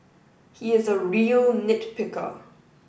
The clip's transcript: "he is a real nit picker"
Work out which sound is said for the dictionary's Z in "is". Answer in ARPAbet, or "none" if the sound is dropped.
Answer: Z